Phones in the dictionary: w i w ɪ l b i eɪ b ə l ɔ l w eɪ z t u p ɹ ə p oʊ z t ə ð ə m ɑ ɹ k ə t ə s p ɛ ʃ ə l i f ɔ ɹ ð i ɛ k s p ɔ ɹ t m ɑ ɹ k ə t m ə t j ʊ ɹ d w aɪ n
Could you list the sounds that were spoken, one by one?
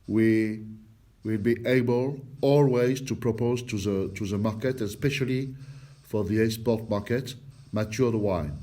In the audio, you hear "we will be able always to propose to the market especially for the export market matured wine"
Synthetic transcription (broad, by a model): w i w ɪ l b i eɪ b ə l ɔ l w eɪ z t u p ɹ ə p oʊ z t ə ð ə m ɑ ɹ k ə t ə s p ɛ ʃ ə l i f ɔ ɹ ð i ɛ s p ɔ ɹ t m ɑ ɹ k ə t m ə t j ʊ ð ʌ w aɪ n